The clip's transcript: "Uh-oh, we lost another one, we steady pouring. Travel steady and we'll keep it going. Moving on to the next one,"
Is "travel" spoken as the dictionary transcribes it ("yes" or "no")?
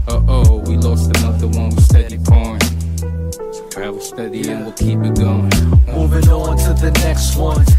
no